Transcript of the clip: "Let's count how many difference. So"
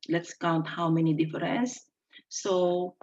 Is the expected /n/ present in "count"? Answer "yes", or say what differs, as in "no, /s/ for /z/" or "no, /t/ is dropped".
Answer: yes